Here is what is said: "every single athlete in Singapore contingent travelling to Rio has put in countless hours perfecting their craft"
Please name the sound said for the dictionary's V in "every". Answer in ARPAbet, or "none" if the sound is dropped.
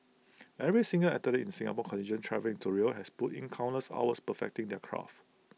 V